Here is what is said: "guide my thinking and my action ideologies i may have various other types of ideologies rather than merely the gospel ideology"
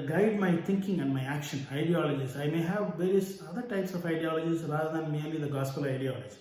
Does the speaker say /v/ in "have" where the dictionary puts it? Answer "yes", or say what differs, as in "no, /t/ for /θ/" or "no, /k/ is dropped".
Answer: yes